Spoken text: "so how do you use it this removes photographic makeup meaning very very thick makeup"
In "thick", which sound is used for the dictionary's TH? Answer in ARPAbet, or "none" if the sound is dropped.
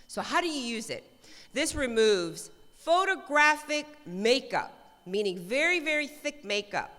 TH